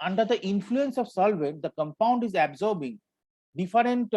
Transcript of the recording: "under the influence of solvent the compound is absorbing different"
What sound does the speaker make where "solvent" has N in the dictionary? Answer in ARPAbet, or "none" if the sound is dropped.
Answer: none